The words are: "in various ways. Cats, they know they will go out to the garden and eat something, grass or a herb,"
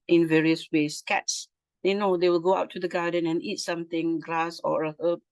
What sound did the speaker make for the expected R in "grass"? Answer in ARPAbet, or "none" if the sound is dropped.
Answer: L